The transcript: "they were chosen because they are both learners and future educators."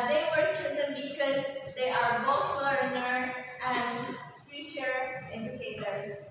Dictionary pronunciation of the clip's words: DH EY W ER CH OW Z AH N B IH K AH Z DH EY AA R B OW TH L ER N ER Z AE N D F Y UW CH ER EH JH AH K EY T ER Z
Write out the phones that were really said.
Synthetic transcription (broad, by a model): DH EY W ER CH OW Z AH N B IH K AH Z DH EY AA R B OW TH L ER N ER AE N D F Y UW CH ER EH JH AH K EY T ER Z